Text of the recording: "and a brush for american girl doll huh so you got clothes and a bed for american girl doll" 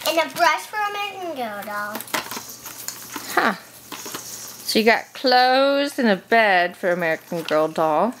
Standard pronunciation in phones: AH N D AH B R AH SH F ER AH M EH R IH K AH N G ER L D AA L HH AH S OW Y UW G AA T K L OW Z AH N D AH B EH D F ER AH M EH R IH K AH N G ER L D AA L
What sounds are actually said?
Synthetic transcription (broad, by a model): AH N AH B R AH SH F ER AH M EH R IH K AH N G ER L D AA L HH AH SH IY G AA T K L OW Z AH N AH B EH D F ER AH M EH R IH K N G ER L D AA L